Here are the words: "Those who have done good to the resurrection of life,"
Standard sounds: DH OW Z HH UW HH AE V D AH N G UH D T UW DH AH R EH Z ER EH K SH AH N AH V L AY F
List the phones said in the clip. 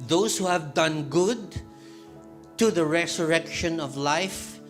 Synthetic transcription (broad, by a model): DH OW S HH UW HH AE V D AH N G UH D T UW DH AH R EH S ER EH K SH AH N AH V L AY F